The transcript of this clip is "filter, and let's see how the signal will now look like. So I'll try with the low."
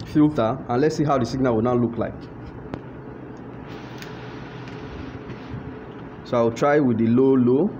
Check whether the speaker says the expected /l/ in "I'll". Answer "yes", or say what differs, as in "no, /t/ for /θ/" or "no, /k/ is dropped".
no, /w/ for /l/